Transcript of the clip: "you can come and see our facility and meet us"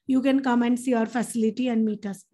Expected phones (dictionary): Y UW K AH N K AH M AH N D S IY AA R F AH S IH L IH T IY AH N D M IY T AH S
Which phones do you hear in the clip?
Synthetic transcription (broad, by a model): Y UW K AH N K AH M AH N D S IY AA R F AH S IH L IH T IY AH N D M IY T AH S